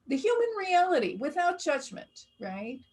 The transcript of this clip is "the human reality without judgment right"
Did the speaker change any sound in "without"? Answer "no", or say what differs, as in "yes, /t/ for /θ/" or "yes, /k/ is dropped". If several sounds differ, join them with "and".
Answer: no